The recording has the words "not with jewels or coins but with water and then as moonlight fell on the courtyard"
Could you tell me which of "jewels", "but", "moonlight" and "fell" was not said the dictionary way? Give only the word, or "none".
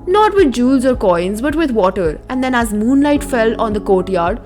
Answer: none